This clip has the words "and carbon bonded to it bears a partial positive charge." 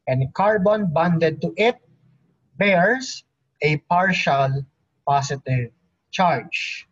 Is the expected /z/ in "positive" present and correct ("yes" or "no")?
no